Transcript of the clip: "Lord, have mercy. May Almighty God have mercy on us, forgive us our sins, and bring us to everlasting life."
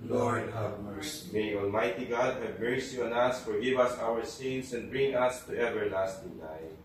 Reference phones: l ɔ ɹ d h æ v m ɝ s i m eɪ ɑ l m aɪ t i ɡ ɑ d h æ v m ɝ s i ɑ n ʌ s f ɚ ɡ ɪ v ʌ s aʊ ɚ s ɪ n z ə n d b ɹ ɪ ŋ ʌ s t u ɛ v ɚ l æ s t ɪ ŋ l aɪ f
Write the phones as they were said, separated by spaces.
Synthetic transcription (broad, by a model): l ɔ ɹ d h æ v m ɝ s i m eɪ ɑ l m aɪ t i ɡ ɑ d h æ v m ɝ s i ɑ n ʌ s f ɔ ɡ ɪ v ʌ s aʊ ɚ s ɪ n s ə n d b ɹ ɪ ŋ ʌ s t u ɛ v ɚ l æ s t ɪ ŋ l aɪ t